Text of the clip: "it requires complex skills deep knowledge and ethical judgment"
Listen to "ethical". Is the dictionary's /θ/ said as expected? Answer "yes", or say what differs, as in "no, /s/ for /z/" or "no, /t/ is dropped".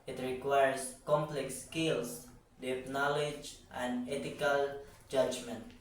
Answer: no, /t/ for /θ/